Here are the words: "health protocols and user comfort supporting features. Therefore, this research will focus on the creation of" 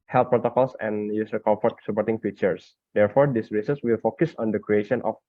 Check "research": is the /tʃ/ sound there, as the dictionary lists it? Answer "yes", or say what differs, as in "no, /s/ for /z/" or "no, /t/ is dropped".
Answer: no, /s/ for /tʃ/